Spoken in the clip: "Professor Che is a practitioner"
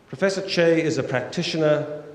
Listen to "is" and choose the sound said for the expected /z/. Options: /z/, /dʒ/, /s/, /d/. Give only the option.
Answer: /z/